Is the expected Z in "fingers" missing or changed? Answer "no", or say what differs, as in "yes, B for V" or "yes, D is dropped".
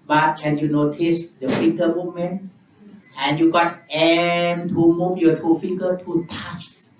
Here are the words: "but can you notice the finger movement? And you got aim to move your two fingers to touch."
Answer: yes, Z is dropped